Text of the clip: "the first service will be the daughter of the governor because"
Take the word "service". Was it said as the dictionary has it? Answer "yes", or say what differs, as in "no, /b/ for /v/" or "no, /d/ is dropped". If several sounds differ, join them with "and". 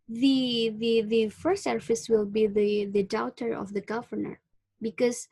no, /f/ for /v/